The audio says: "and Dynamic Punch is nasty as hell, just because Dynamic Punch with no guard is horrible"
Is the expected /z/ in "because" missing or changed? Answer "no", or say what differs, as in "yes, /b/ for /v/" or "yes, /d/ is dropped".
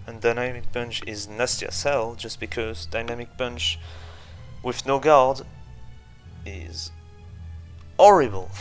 no